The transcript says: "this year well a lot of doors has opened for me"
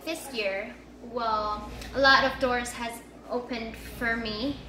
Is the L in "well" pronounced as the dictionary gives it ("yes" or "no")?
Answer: yes